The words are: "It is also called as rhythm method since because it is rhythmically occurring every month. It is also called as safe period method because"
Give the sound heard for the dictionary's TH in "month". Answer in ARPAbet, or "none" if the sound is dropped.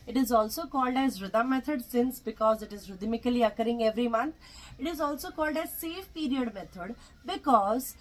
T